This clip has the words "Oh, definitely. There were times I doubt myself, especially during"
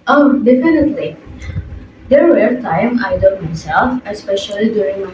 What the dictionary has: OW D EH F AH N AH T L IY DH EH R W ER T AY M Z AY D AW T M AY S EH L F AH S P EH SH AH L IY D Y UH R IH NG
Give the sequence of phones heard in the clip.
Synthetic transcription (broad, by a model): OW D EH F AH N AH T L IY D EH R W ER T AY M AY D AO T M AY S EH L F AH S P EH SH AH L IY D Y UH R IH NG